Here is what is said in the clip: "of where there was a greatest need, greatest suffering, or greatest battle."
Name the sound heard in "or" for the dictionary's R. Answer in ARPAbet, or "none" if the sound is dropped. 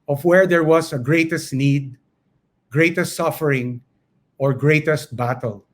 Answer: R